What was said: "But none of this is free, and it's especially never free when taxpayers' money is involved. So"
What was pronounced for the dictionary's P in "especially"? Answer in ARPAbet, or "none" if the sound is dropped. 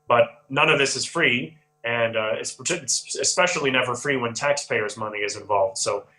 P